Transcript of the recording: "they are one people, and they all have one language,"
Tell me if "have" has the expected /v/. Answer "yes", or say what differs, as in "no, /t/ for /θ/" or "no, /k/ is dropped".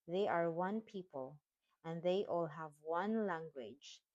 yes